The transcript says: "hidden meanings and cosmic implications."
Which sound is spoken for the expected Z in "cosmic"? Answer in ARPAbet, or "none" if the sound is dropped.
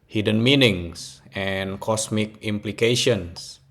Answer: S